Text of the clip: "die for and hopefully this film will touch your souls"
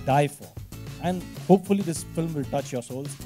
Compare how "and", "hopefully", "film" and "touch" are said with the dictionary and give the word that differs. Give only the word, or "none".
none